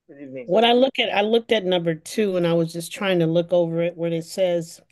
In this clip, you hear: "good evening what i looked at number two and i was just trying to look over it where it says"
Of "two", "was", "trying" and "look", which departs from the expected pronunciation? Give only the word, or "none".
none